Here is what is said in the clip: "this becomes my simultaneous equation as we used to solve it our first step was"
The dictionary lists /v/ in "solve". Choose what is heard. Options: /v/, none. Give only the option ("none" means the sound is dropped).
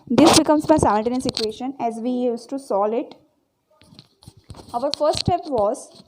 none